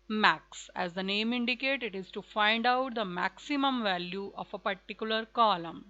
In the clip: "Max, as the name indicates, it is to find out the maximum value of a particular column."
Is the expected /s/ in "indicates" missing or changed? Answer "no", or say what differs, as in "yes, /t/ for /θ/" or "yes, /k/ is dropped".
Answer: yes, /s/ is dropped